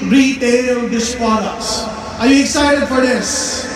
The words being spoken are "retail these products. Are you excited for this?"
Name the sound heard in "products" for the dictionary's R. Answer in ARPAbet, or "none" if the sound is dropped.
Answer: none